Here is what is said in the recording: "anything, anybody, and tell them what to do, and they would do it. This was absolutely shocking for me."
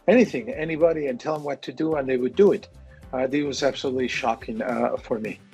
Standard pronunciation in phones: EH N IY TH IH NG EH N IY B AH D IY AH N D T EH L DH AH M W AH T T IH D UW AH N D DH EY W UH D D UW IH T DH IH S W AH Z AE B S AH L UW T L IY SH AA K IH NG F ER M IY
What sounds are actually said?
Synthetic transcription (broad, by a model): EH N IY TH IH NG EH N IY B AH D IY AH N T EH L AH M W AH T T IH D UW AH N DH EY W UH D D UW IH T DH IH W AH Z AE B S AH L UW T L IY SH AA K IH NG F ER M IY